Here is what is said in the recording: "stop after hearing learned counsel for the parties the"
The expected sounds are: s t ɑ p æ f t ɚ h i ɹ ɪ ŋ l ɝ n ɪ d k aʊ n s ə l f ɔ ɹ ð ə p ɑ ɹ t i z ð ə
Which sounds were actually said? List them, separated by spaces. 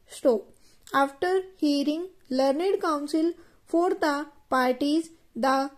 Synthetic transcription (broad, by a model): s t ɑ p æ f t ɚ h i ɹ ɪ ŋ l ɝ n ɪ d k aʊ n s ə l f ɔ ɹ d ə p ɑ ɹ t i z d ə